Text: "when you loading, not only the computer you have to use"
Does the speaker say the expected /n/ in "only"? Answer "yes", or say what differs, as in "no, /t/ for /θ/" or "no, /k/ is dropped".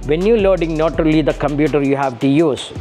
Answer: no, /n/ is dropped